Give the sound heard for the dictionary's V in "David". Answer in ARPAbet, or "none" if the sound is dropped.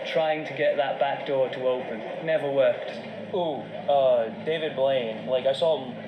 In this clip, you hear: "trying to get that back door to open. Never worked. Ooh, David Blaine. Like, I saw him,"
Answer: V